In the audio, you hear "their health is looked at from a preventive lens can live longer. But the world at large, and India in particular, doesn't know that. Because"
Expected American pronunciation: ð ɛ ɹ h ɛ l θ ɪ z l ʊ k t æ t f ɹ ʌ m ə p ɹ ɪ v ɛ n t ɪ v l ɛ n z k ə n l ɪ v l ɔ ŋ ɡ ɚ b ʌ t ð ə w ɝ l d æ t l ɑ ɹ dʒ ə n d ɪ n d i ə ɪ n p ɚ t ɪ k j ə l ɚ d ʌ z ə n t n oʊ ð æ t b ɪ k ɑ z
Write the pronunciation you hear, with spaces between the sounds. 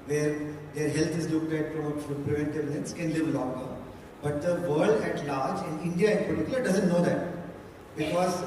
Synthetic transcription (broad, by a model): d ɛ ɹ h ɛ l t ɪ z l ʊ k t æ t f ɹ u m ə p ɹ ɪ v ɛ n t ɪ v n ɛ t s k ə n l ɪ v l ɔ ŋ ɡ ɚ b ʌ t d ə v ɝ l d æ t l ɑ ɹ dʒ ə n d ɪ n d i ə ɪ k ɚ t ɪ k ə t d ʌ z ə n t n oʊ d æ t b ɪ k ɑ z